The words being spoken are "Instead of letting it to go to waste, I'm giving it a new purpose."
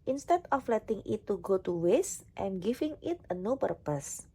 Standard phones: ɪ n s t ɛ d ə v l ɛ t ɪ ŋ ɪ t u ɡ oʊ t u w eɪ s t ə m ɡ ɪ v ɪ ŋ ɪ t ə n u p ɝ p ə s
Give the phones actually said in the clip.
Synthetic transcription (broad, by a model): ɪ n s t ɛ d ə f l ɛ t ɪ ŋ ɪ t u ɡ oʊ t u w eɪ s t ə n ɡ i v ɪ ŋ ɪ t ə n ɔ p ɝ p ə s